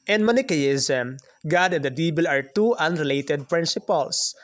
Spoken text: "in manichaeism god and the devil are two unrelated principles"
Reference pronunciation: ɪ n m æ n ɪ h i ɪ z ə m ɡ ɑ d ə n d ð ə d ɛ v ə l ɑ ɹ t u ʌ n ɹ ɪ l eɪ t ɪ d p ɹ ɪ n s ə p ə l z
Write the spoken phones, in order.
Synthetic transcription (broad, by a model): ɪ n m n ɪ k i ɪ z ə m ɡ ɑ d ə n d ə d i b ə l ɑ ɹ t u ʌ n ɹ ɪ l eɪ t ɪ d p ɹ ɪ n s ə p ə l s